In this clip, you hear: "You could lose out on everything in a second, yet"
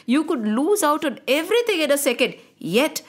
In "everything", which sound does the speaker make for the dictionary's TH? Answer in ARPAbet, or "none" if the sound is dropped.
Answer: T